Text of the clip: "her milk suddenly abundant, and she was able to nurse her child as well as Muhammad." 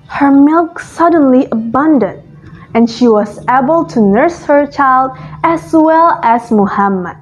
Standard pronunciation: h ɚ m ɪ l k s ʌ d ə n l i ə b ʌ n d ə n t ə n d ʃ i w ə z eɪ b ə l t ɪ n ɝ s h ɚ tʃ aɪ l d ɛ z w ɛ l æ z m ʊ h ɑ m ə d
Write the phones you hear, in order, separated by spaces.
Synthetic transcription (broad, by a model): h ɚ m ɪ l k s ʌ d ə n l i ə b ʌ n d ə n t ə n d ʃ i w ə z eɪ b ə l t ɪ n ɝ s h ɚ tʃ aɪ l d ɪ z w ɛ l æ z m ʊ h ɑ m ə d